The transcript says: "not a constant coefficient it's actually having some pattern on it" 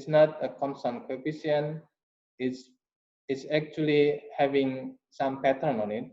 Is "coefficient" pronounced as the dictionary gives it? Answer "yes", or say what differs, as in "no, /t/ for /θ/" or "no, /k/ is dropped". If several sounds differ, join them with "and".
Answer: no, /ʃ/ is dropped